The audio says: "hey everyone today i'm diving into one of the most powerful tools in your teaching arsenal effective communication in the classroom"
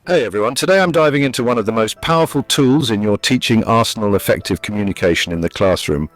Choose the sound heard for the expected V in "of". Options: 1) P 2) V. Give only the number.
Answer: 2